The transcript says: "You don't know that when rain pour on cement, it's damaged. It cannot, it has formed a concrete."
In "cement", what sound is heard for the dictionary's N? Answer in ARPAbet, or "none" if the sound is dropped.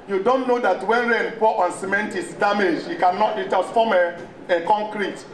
N